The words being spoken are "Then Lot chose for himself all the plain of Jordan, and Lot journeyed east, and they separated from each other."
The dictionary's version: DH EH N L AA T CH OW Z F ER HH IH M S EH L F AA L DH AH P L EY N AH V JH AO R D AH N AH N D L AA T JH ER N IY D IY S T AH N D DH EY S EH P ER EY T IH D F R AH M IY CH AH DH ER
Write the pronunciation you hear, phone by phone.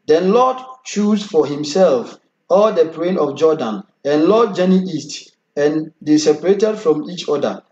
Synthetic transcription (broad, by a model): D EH N L AA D CH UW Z F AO HH IH M S EH L F AA L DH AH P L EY N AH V JH AO D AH N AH N L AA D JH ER N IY IY S T AH N D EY S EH P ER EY T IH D F R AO M IY CH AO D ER